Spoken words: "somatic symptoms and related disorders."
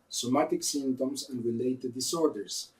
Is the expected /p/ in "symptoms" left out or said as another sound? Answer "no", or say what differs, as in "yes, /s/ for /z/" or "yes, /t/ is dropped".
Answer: yes, /p/ is dropped